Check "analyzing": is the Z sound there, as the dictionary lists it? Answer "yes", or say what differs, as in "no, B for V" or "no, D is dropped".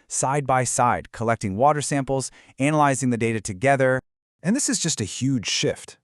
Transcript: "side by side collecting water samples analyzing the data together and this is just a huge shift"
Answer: yes